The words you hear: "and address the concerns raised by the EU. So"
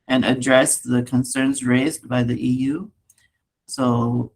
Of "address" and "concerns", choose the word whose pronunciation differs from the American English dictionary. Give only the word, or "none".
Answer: none